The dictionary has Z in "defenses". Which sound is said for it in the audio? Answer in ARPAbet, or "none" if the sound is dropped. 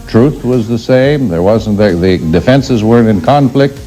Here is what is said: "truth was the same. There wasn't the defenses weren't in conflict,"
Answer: Z